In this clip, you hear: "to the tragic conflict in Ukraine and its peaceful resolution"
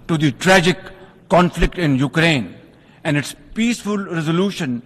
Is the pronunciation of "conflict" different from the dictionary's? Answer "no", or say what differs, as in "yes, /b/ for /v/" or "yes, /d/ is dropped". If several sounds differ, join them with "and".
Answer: no